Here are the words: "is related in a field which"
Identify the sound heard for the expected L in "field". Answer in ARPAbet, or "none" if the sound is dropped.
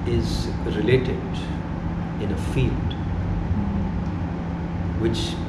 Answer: L